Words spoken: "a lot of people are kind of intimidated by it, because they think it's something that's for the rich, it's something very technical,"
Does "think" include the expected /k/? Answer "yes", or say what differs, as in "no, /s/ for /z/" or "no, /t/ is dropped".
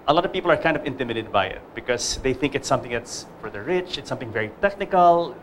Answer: yes